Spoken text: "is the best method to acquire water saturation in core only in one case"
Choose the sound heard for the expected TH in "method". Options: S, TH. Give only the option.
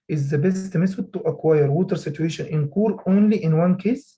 S